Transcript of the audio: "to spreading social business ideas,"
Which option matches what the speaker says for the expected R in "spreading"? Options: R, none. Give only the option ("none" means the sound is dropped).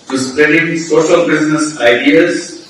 none